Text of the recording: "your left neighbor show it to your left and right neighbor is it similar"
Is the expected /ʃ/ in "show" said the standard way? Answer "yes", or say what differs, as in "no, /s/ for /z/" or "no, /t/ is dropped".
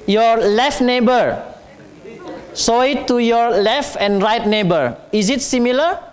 no, /s/ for /ʃ/